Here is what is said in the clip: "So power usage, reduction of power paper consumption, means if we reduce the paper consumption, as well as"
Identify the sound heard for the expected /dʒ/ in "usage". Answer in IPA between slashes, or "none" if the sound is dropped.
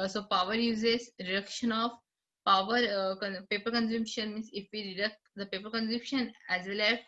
/z/